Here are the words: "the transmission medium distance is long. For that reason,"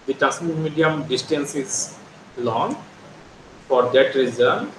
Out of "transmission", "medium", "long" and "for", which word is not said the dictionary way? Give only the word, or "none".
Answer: transmission